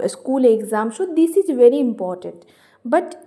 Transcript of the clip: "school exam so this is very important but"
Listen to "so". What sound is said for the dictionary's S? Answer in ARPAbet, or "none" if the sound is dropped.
SH